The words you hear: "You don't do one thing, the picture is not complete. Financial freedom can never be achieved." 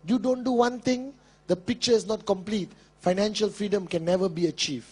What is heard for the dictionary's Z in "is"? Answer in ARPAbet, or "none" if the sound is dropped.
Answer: S